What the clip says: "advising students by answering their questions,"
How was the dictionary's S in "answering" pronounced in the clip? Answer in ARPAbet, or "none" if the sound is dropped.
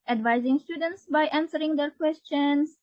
S